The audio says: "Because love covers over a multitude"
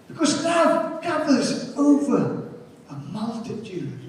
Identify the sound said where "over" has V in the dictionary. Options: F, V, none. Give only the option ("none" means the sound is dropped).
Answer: V